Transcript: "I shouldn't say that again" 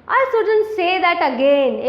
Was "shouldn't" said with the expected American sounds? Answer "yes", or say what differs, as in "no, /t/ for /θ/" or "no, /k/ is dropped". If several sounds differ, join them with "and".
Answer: no, /s/ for /ʃ/